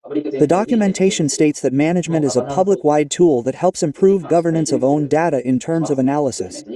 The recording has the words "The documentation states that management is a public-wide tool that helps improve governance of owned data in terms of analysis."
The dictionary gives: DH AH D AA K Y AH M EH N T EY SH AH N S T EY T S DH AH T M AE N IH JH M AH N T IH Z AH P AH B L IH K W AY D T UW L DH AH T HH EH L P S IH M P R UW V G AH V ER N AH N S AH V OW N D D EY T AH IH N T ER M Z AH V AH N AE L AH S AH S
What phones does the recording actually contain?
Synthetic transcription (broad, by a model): DH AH D AA K Y AH M EH N T EY SH AH N S T EY T S DH AH T M AE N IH JH M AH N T IH Z AH P AH B L IH K W AY D T UW L DH AH T HH EH L P S IH M P R UW V G AH V ER N AH N S AH V OW N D D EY T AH IH N T ER M Z AH V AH N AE L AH S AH S